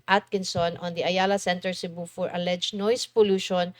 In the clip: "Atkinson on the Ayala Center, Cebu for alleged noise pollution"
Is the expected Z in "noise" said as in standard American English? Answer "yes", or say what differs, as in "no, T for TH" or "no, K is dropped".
no, S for Z